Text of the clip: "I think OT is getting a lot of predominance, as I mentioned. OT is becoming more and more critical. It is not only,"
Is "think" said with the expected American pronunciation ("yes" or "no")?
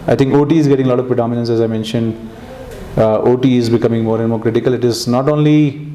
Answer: no